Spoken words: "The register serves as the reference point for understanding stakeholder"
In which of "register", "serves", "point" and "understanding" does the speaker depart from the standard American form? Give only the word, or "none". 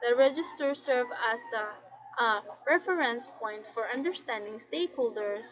serves